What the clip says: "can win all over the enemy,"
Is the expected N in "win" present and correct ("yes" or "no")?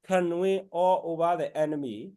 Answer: no